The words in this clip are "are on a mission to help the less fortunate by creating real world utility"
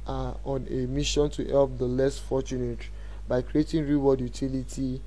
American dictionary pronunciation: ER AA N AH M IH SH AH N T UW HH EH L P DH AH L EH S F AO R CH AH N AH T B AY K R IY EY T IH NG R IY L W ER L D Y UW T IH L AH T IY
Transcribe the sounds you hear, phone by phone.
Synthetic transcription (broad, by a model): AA AA N AH M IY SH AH N T UW HH EH L P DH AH L EH S F AO CH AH N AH T B AY K R IY EY T IH NG R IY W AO D Y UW T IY L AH T IY